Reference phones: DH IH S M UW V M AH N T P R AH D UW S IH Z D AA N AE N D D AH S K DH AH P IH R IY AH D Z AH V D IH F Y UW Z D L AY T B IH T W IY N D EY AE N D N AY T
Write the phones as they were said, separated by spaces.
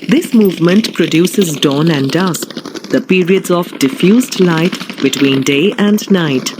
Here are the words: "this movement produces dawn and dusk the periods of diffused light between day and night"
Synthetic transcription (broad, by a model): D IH S M UW V M AH N T P R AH D UW S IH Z D AA N AE N D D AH S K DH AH P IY R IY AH D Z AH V D IH F Y UW Z D L AY T B IH T W IY N D EY AE N D N AY T